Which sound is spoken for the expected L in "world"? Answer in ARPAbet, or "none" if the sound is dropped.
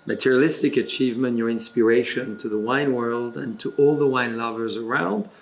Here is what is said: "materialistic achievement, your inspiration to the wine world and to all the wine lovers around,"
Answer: L